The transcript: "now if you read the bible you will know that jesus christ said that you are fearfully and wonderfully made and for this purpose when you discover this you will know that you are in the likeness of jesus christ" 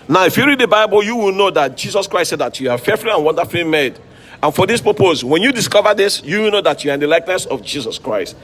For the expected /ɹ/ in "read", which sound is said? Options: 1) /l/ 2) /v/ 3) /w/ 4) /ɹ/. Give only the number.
4